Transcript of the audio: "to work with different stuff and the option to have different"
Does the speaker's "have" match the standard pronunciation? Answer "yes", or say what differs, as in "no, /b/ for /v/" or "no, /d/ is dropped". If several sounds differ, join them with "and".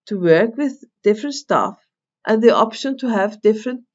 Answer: yes